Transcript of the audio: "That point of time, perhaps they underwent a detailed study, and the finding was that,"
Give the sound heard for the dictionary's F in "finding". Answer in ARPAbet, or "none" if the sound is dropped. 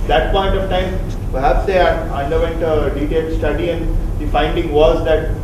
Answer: F